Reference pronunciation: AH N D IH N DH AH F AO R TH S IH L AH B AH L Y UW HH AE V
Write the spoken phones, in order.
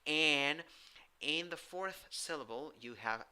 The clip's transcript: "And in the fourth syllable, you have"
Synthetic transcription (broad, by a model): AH N IH N DH AH F AO R TH S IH L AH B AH L Y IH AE V